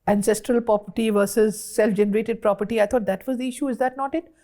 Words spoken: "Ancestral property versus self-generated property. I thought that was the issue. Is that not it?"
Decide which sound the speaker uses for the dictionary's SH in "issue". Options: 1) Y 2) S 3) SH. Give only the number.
3